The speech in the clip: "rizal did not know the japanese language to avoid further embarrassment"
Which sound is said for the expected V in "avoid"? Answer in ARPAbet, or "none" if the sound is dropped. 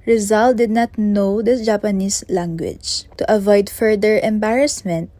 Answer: V